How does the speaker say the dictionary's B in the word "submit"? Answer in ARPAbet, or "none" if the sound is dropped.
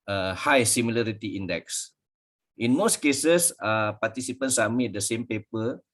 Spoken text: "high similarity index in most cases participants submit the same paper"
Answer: none